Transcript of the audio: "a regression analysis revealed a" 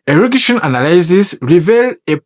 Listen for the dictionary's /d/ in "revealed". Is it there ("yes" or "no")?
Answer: no